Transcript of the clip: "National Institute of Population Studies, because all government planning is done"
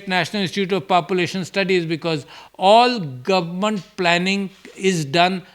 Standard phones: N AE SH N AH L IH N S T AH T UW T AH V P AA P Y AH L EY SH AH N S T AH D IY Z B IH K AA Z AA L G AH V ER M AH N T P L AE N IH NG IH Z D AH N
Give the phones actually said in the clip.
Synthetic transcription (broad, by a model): N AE SH N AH L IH S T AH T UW T AH V P AA P Y AH L EY SH AH N S T AH D IY Z B IH K AA Z AA L G AH V ER M AH N T P L AE N IH NG IH Z D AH N